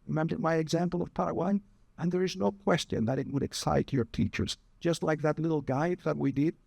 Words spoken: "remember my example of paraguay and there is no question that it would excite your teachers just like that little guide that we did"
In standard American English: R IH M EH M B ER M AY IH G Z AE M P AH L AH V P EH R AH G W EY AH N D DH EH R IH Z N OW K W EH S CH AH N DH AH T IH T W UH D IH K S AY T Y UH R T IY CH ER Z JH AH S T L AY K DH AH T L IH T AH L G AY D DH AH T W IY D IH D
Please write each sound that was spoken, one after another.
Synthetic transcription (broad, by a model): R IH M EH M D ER M AY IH G Z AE M P L AH V P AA R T W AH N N DH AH R IH Z N OW K W EH S CH AH N DH AH T IH T W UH D IH K S AY T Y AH R T IY CH ER Z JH AH S T L AY K DH AH T L IH T L G AY D DH AH T W IY D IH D